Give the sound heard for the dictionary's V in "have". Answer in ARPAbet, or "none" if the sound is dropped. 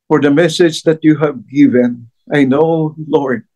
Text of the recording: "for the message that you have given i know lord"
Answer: V